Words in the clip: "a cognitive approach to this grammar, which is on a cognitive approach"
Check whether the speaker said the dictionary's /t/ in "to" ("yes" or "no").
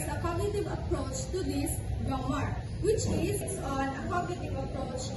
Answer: yes